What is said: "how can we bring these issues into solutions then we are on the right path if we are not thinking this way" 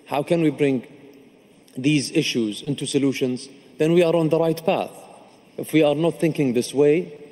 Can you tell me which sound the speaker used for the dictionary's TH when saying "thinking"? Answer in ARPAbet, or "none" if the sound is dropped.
TH